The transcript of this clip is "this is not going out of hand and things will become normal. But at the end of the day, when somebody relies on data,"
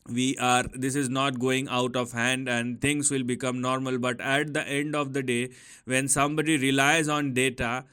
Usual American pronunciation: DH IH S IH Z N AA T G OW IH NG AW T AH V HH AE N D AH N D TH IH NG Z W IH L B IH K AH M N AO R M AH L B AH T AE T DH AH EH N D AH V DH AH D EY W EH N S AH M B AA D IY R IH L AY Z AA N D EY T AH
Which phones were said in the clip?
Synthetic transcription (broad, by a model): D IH S IH Z N AA T G OW IH NG AW T AH V HH AE N D AH N D T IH NG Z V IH L B IH K AH M N AO R M AH L B AH T AE T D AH EH N D AH V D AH D EY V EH N S AH M B AA D IY R IH L AY Z AA N D EY T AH